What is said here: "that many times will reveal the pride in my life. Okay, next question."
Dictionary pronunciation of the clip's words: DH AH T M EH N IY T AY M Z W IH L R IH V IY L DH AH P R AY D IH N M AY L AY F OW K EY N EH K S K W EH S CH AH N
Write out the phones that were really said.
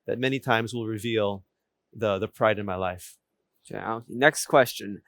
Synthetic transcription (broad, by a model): DH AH T M EH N IY T AY M Z W IH L R IH V IY L DH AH P R AY D IH N M AY L AY F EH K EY N EH K S K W EH S CH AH N